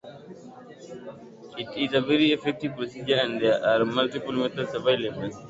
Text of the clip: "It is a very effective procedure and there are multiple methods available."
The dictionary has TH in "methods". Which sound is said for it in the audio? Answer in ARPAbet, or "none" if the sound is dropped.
T